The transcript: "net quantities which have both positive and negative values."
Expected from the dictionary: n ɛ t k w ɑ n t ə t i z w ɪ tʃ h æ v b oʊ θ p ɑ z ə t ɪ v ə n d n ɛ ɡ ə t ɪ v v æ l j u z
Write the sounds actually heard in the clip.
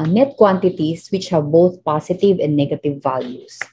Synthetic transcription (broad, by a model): n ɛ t k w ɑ n t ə t i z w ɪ tʃ h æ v b oʊ t p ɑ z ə t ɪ v ə n d n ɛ ɡ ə t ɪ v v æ l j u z